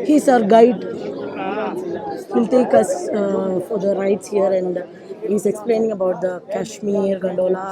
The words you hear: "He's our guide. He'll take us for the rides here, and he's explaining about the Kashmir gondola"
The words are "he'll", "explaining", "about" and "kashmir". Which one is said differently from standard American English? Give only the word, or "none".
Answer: none